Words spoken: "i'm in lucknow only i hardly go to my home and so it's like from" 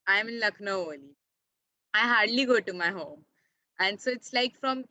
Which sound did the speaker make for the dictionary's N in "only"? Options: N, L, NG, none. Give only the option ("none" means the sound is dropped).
none